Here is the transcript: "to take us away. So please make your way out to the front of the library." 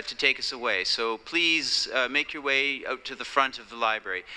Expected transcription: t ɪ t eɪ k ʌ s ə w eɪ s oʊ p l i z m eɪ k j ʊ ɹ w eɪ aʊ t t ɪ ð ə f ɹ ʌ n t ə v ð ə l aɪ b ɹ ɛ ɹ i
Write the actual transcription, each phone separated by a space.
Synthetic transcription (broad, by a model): t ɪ t eɪ k ʌ s ə w eɪ s oʊ p l i z m eɪ k j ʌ ɹ w eɪ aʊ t t ɪ ð ə f ɹ ʌ n t ə v ð ə l aɪ b ɹ ɛ ɹ i